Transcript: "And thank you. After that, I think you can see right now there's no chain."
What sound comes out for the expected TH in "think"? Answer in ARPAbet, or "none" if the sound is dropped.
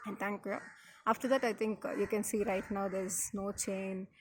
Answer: T